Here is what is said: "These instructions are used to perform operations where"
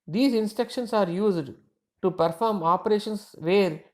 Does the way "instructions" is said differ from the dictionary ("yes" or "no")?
yes